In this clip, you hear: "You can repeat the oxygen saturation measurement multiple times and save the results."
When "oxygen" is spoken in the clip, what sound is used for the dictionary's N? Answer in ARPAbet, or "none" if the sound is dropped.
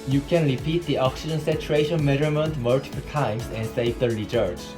N